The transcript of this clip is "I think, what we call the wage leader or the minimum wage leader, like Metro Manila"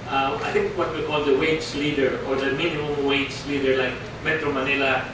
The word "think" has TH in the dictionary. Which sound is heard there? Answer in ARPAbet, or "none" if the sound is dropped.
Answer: T